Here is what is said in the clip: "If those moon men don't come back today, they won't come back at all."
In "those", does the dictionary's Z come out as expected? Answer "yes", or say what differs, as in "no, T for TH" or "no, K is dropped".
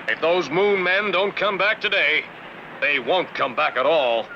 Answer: yes